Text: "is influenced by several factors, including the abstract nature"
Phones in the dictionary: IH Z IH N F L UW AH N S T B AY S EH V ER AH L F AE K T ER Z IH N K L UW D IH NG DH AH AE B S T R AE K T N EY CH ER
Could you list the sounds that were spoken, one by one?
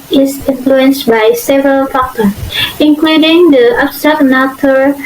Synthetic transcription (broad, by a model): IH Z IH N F L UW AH N S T B AY S EH V ER AH L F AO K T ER S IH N K L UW D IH NG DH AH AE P S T AE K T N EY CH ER